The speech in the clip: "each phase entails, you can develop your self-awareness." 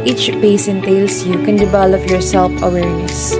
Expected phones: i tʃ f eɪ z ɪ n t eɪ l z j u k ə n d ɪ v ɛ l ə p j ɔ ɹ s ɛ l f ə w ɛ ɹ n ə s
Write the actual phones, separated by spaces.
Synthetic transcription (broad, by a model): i tʃ p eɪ s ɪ n t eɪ l s j u k ə n d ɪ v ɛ l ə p j ɔ ɹ s ɛ l f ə w ɛ ɹ n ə s